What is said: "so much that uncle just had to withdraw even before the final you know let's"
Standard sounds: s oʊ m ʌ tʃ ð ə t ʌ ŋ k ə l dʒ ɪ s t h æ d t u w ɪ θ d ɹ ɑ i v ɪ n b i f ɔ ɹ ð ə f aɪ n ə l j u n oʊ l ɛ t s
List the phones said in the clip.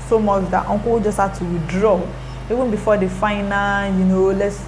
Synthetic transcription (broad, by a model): s oʊ m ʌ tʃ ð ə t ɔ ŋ k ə w dʒ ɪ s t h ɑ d t u w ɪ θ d ɹ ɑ i v ɪ n b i f ɔ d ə f aɪ n ə l j u n oʊ l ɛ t s